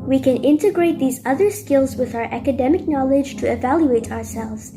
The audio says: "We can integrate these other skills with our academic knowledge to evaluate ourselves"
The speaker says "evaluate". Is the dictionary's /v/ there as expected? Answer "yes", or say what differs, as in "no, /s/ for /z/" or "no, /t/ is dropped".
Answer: yes